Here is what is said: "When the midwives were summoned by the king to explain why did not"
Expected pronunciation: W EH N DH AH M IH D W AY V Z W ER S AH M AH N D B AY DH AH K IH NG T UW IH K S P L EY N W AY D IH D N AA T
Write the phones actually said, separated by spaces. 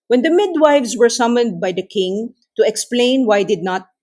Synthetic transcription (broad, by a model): W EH N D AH M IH D W AY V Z W ER S AH M AH N D B AY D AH K IH NG T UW IH K S P L EY N W AY D IH D N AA T